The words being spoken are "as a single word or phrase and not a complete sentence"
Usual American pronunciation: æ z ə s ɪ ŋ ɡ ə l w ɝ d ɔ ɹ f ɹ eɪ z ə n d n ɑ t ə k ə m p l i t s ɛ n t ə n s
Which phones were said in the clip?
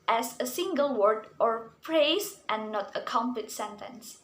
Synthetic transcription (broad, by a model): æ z ə s ɪ ŋ ɡ ə l w ɝ d ɔ ɹ p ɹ eɪ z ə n n ɑ t ə k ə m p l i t s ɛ n t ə n s